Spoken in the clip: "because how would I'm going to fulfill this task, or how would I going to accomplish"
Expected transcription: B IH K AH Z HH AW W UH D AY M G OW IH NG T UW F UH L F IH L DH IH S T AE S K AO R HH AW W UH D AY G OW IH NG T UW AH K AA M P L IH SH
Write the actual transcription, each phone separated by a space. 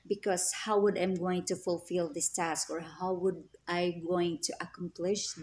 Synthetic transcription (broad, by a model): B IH K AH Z HH AW W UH D AY M G OW IH NG T UW F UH L F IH L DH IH S T AE S K AO R HH AW W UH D AY G OW IH NG T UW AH K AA M P L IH SH